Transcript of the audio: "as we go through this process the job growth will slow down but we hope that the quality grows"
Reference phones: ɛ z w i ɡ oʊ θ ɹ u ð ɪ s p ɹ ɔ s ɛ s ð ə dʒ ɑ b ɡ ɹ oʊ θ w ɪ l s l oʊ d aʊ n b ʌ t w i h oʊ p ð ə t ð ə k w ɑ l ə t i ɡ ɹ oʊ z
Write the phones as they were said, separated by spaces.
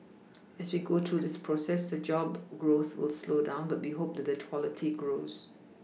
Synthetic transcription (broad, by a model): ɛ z w i ɡ oʊ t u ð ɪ s p ɹ ɔ s ɛ s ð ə dʒ ɑ b ɡ ɹ oʊ θ w ɪ l s l oʊ d aʊ n b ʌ t w i h oʊ p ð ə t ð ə k w ɑ l ə t i ɡ ɹ oʊ z